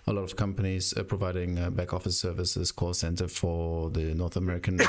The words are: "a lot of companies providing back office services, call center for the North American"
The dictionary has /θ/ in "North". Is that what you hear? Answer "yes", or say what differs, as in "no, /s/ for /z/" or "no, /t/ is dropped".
yes